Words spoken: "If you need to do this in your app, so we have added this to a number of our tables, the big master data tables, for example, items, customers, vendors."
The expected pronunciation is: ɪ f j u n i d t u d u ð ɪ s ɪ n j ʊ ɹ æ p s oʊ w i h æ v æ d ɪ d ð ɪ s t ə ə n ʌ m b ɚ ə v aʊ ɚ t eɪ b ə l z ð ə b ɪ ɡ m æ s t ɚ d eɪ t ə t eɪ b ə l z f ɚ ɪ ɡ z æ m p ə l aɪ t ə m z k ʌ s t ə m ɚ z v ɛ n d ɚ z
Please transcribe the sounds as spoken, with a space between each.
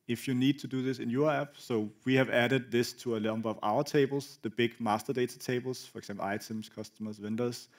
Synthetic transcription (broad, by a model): ɪ f j u n i d t u d u ð ɪ s ɪ n j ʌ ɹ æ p s oʊ w i h æ v æ d ɪ d ð ɪ s t ə ə l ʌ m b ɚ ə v aʊ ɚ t eɪ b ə l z ð ə b ɪ ɡ m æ s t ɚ d eɪ t ə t eɪ b l s f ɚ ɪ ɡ s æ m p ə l aɪ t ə m s k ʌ s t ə m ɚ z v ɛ n d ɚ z